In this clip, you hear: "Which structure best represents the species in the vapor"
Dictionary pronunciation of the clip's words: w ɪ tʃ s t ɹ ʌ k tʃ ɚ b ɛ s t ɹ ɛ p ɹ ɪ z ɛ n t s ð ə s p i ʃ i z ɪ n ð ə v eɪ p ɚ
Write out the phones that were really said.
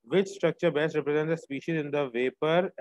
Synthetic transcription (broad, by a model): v ɪ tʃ s t ɹ ʌ k tʃ ɚ b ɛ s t ɹ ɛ p ɹ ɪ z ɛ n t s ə s p i ʃ i z ɪ n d ə v eɪ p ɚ